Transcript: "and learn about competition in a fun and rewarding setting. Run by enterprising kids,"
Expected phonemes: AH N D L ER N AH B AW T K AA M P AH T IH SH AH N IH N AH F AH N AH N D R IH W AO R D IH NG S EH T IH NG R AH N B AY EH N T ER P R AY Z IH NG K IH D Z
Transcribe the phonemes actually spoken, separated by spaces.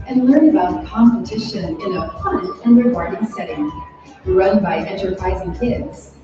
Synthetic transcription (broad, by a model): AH N L ER N AH B AW T K AA M P AH T IH SH AH N IH N AH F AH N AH N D R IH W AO R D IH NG S EH T IH NG R AH N B AY EH N T ER P R AY Z IH NG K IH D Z